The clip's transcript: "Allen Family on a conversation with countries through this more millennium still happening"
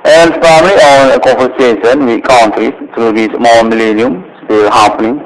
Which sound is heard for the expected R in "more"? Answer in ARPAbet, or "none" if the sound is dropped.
L